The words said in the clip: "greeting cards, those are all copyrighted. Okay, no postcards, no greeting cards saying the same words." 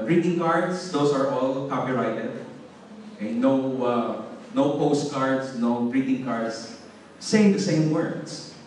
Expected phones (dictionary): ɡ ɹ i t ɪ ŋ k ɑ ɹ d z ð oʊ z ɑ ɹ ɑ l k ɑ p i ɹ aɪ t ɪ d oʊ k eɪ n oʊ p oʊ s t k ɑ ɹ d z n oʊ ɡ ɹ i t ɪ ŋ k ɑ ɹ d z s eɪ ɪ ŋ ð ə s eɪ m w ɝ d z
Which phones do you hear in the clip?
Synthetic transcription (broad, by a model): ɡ ɹ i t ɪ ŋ k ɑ ɹ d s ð oʊ s ɑ ɹ ɑ l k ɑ p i ɹ aɪ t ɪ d oʊ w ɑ n oʊ p oʊ s t k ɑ ɹ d s n oʊ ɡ ɹ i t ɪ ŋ k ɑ ɹ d s eɪ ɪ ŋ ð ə s eɪ m w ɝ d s